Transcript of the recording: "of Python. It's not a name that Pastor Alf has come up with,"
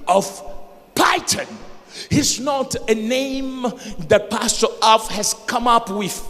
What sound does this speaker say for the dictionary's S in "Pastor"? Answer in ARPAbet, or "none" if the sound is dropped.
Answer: S